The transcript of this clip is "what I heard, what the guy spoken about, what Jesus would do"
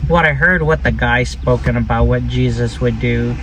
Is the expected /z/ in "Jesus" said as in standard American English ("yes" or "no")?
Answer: yes